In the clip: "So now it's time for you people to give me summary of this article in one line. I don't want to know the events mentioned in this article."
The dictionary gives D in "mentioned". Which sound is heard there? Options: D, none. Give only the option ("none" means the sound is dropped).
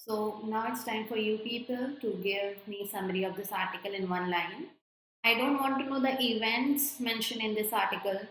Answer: none